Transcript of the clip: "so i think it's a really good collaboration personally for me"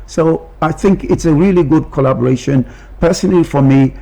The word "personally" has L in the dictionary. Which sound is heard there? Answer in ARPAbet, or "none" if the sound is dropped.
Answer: L